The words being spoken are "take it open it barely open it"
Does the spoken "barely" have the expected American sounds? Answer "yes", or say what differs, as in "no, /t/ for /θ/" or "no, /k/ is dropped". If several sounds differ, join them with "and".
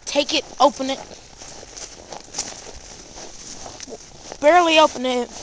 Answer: yes